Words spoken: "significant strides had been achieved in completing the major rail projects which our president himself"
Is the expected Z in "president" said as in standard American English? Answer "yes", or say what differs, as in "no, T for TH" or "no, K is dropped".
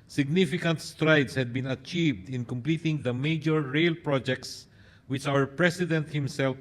no, S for Z